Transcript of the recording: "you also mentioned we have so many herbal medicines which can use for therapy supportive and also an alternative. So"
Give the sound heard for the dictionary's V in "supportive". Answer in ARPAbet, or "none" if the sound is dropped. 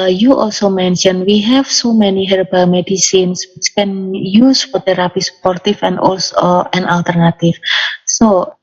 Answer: F